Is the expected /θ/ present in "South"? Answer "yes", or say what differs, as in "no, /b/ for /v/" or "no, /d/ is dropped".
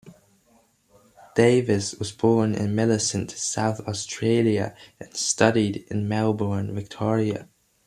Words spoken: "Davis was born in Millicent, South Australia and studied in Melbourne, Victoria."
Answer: yes